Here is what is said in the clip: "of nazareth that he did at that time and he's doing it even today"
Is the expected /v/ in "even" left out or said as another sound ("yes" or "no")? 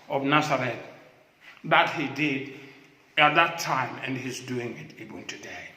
yes